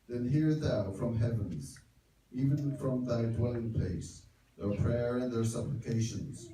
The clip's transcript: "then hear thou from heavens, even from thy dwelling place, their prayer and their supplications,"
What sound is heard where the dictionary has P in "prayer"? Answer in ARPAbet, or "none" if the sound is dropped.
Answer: P